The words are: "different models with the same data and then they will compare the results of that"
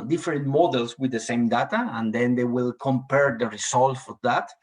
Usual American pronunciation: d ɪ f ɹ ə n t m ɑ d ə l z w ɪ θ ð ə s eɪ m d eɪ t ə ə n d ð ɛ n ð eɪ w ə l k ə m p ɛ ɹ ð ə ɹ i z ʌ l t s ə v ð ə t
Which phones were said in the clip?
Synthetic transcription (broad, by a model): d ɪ f ɹ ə n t m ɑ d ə l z w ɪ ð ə s eɪ m d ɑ t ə ə n d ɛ n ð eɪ w ə l k ə m p ɛ ɹ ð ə ɹ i s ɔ l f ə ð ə t